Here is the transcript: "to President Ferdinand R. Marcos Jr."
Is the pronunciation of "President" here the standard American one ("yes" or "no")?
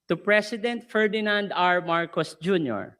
no